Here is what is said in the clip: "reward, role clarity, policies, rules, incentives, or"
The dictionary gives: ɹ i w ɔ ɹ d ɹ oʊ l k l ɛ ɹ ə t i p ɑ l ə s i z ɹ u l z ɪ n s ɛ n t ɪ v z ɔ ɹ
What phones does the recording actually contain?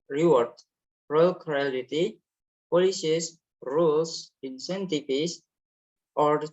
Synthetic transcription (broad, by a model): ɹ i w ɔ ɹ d ɹ oʊ l k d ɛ l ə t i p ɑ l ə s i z ɹ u l s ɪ n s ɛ n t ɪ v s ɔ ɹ